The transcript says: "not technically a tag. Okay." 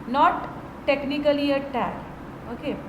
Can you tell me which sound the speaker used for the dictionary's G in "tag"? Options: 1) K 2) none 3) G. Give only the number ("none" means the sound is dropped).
2